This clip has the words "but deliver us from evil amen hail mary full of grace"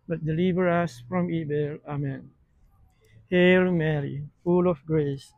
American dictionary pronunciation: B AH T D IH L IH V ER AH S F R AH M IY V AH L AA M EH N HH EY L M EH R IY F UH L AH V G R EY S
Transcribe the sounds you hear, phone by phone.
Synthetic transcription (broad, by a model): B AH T D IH L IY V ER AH S F R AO M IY B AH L AA M EH N HH EY L M EH R IY F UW L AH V G R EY S